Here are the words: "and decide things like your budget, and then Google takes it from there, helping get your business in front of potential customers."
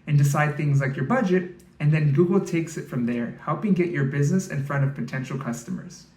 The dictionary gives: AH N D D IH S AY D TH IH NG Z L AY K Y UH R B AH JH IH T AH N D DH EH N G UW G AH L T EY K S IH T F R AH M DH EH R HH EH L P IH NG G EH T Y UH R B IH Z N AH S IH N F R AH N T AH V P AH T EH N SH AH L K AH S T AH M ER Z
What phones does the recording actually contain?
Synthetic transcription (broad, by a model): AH N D D IH S AY D TH IH NG Z L AY K Y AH R B AH JH IH T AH N DH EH N G UW G L T EY K S IH T F R AH M DH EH R HH EH L P IH NG G EH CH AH R B IH Z N AH S IH N F R AH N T AH V P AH T EH N SH L K AH S T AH M ER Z